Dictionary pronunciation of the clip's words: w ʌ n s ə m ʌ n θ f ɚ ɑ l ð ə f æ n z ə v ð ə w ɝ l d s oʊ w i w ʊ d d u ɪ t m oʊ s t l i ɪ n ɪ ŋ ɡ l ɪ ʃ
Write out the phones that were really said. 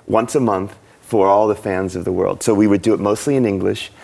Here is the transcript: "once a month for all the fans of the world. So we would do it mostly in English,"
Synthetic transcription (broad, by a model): w ʌ n s ə m ʌ n θ f ɚ ɑ l ð ə f æ n z ə v ð ə w ɝ l d s oʊ w i w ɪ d d ɪ t m oʊ s t l i ɪ n ɪ ŋ ɡ l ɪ ʃ